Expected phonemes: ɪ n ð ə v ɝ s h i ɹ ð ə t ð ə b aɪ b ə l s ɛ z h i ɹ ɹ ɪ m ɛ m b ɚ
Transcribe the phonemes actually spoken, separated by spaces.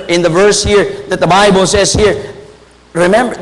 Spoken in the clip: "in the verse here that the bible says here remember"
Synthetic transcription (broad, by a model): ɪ n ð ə v ɝ s h i ɹ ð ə t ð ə b aɪ b ə l s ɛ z h i ɹ ɹ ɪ m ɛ m b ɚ